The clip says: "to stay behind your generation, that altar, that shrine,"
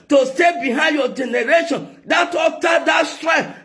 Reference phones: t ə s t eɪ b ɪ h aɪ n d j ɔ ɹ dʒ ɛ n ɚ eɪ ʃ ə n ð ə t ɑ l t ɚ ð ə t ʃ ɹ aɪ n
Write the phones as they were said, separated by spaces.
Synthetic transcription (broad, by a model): t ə s t eɪ b ɪ h aɪ n d j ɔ dʒ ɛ n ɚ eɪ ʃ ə n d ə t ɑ t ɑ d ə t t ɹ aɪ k